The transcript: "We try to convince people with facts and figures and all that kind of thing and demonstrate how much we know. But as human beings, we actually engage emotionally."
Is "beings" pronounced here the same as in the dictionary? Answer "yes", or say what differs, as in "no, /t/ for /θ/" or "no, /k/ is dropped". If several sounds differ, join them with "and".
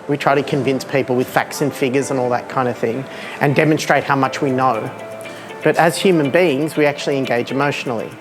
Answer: yes